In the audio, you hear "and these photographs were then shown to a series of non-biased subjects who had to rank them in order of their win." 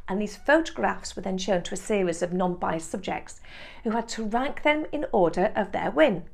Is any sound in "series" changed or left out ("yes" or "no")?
no